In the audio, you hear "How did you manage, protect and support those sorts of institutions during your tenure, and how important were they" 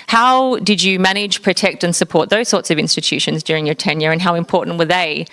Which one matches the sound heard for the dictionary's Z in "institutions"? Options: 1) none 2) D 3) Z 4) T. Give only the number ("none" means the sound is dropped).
3